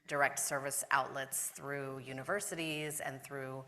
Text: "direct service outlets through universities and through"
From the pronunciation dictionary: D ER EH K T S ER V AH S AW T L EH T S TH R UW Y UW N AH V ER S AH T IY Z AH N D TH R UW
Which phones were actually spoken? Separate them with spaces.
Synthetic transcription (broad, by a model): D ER EH K T S ER V AH S AW T L EH T S TH R UW Y UW N AH V ER S AH T IY Z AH N TH R UW